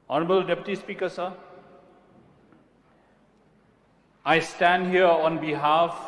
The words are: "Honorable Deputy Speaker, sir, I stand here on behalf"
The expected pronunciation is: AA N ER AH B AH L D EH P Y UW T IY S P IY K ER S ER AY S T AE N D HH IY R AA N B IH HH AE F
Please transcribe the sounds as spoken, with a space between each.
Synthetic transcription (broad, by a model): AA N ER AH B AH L D EH P Y UW T IY S P IY K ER S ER AY S T AE N D HH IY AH AA N B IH HH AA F